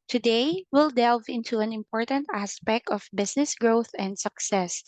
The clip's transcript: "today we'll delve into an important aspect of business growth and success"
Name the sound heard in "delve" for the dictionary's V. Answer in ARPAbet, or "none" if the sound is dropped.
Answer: V